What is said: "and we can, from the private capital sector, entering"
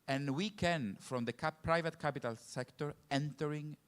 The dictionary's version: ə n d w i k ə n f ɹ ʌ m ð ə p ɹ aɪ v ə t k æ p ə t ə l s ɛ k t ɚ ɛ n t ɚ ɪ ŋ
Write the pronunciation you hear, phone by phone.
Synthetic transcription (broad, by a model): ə n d w i k ə n f ɹ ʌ m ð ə p ɹ aɪ v ə t k æ p ə t ə l s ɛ k t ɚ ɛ n t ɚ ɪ ŋ